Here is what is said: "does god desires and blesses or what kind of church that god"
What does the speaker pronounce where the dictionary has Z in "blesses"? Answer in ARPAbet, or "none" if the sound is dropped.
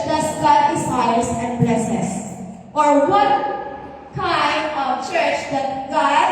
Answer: S